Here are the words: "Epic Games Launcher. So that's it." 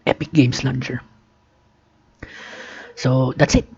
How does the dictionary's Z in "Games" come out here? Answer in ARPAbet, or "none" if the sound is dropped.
S